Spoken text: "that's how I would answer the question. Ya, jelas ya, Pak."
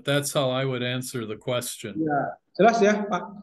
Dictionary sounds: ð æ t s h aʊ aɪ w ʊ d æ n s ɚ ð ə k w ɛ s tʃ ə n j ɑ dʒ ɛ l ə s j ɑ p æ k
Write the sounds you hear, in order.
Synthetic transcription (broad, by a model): ð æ t s h aʊ aɪ w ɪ d æ n s ɚ ð ə k w ɛ s tʃ ə n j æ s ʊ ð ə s j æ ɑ